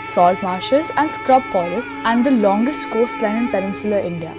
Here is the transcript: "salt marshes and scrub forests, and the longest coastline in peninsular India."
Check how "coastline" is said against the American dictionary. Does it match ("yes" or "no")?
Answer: yes